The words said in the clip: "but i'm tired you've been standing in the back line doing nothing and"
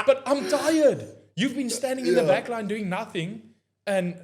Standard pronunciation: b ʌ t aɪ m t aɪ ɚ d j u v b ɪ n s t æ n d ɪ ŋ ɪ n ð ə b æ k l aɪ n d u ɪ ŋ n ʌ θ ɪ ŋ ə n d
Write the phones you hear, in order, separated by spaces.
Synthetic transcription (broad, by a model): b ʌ t aɪ m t aɪ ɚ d j u v b ɪ n s t æ n d ɪ ŋ ɪ n ð ə b æ k l aɪ n d u ɪ ŋ n ʌ θ ɪ ŋ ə n